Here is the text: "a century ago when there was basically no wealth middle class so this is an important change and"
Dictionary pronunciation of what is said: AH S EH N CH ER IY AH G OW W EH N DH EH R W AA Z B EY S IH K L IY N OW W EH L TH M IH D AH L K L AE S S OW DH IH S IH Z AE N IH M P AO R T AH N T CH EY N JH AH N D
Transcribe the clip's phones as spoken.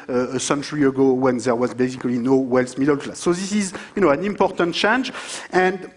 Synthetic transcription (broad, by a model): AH S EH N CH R IY AH G OW W EH N DH EH R W AA Z B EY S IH K L IY N OW W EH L S M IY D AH L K L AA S S OW DH IH S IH Z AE N IH M P AO R T AH N T CH EY N JH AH N D